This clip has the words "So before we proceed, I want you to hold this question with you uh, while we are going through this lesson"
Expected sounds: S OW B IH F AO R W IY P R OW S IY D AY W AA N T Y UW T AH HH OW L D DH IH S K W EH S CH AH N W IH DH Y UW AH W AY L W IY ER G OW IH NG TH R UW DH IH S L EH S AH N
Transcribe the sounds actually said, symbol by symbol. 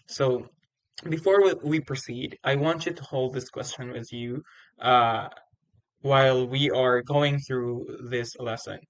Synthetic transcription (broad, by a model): S OW B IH F AO R W IY P R OW S IY D AY W AA N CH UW T AH HH OW L D DH IH S K W EH S CH AH N W IH DH Y UW AH W AY L W IY ER G OW IH NG TH R UW DH IH S L EH S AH N